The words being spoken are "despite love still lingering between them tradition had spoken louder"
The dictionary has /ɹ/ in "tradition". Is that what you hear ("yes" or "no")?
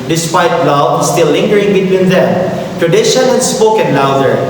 yes